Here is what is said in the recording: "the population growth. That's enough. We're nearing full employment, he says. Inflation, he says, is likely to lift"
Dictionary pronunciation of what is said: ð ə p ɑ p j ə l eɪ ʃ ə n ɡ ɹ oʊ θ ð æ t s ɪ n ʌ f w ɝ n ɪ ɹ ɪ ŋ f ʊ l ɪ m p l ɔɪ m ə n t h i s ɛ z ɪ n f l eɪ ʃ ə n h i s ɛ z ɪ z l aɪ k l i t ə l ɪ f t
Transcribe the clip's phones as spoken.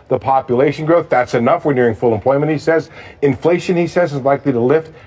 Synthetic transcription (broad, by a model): ð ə p ɑ p j ə l eɪ ʃ ə n ɡ ɹ oʊ θ ð æ t s ɪ n ʌ f w ɝ n ɪ ɹ ɪ ŋ f ʊ l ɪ m p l ɔɪ m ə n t h i s ɛ z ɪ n f l eɪ ʃ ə n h i s ɛ z ɪ z l aɪ k l i t ə l ɪ f t